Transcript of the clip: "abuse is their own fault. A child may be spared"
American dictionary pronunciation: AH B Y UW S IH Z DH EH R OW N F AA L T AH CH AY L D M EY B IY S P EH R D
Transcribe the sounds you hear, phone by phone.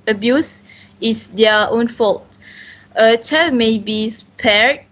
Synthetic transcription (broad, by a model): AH B Y UW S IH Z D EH OW N F AA L T AH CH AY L M EY B IY S P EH R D